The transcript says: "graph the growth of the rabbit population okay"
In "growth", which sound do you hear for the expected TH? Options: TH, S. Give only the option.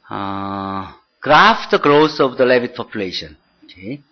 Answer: S